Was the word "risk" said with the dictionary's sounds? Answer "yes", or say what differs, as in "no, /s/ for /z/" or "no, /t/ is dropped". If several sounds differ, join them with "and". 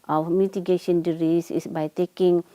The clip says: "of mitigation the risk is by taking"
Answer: no, /k/ is dropped